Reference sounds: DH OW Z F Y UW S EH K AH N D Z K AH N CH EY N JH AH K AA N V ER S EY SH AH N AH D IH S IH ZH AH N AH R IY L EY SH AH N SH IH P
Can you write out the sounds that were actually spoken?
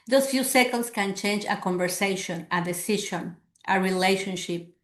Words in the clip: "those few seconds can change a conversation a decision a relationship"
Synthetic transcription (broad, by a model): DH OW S F Y UW S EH K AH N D S K AH N CH EY N JH AH K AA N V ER S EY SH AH N AH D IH S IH SH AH N AH R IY L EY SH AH N SH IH P